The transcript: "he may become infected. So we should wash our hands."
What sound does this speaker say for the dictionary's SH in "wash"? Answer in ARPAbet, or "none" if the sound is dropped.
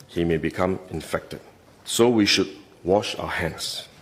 SH